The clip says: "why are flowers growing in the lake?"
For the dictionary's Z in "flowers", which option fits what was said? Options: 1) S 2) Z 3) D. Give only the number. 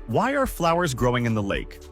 2